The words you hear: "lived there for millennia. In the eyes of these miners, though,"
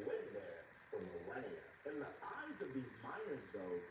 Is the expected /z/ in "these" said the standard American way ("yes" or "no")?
yes